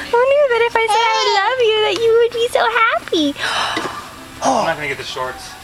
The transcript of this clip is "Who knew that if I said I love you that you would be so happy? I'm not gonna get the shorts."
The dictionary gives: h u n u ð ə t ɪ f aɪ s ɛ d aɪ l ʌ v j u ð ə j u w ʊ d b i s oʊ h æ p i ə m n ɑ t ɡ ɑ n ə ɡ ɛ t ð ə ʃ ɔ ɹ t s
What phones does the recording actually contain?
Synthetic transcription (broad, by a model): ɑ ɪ n u ð ə t ɪ f aɪ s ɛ ɪ l ʌ v j u ð ə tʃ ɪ w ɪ d b i s oʊ h æ p i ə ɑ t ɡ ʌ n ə ɡ ɛ t ð ə ʃ ɔ ɹ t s